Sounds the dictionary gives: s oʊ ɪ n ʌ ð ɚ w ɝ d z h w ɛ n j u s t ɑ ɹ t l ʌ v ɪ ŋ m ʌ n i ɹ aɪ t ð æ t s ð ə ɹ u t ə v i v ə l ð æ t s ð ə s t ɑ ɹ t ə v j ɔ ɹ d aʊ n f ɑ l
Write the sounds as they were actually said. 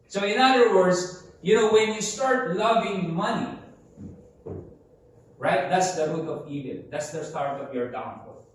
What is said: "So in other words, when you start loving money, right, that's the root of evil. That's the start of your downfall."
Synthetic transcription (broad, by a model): s oʊ ɪ n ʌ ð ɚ w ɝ d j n w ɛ n j u s t ɑ ɹ t l ʌ v ɪ ŋ m ʌ n i ɹ aɪ t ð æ t s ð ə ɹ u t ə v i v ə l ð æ t s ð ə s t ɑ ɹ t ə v j ɔ ɹ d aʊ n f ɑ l